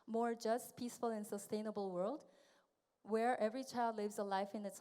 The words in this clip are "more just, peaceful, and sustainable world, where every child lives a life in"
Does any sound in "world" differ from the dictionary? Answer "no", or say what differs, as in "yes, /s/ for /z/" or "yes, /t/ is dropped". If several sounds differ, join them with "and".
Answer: no